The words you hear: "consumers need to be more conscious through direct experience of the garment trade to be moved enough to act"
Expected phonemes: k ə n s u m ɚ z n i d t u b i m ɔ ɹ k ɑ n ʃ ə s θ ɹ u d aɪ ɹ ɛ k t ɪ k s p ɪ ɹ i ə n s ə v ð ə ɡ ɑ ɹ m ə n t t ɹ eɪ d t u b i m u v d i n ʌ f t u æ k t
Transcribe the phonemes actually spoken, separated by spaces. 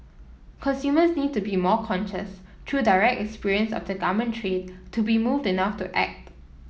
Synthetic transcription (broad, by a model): k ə n s u m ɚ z n i d t u b i m ɔ k ɑ n ʃ ə s t ɹ u d aɪ ɹ ɛ k t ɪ k s p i ɹ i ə n s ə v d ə ɡ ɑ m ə n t t ɹ eɪ d t u b i m u v d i n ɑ f t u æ k t